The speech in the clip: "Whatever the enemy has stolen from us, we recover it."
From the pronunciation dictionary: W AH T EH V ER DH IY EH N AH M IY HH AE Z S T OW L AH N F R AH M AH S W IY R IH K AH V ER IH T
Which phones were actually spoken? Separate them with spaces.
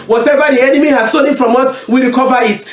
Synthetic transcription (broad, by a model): W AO T EH V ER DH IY EH N AH M IY HH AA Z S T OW N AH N F R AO M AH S W IY R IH K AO V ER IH T